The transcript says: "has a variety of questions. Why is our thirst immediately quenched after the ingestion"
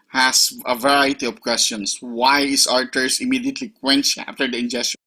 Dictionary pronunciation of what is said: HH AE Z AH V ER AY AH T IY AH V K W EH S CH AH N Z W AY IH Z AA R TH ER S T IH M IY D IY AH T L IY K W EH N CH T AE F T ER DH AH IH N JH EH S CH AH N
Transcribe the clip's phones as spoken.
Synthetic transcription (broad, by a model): HH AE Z AH V ER AY AH T IY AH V K W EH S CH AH N S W AY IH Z AA R T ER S IH M IY D IY AH T L IY K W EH N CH AE F T ER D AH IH N JH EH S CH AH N